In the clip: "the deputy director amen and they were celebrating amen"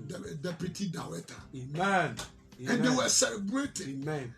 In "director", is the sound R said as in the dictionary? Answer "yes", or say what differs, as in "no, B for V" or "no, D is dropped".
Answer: no, W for R